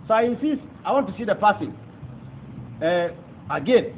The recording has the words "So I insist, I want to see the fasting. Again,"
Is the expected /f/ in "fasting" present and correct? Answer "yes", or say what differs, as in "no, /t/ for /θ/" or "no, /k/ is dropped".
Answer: no, /p/ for /f/